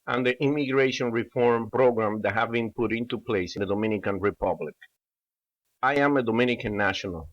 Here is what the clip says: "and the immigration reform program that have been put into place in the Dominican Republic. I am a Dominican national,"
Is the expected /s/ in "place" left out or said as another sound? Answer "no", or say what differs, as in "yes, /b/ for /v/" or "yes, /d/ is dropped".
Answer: yes, /s/ is dropped